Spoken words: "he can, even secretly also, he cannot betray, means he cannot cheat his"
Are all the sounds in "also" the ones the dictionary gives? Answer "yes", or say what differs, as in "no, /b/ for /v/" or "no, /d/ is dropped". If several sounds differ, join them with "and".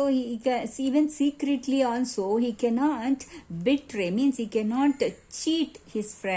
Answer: no, /n/ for /l/